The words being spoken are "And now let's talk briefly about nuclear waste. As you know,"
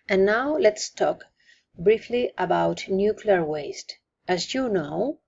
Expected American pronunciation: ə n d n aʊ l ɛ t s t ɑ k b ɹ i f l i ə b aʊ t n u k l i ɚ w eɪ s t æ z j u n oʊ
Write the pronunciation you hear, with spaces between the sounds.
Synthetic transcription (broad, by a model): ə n n aʊ l ɛ t s t ɑ k b ɹ i f l i ə b aʊ t n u k l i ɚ w eɪ s t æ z j u n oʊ